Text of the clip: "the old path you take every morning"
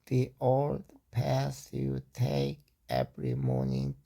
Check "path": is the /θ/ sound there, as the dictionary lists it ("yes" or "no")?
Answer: no